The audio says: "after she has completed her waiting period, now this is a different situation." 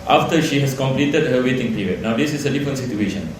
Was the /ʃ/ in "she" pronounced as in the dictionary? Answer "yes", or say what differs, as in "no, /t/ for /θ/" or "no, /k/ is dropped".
yes